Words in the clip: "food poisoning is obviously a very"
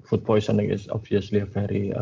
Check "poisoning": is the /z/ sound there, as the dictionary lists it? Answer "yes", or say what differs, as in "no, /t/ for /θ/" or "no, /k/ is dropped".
no, /s/ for /z/